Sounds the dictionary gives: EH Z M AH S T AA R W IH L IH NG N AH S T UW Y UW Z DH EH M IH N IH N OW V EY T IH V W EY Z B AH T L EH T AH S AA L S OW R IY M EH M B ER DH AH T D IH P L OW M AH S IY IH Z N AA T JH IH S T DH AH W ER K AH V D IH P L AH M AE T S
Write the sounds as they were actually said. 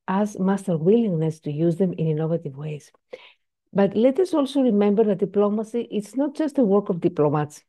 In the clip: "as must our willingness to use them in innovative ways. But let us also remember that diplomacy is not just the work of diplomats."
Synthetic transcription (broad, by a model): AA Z M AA S T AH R W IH L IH NG N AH S T UW Y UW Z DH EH M IH N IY N OW V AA T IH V W EY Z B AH T L EH T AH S AA L S OW R IY M EH M B ER DH AH T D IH P L OW M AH S IY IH S N AA T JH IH S T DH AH W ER K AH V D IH P L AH M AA T S